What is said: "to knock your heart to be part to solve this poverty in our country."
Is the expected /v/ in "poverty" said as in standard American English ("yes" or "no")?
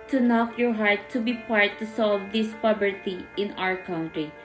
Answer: no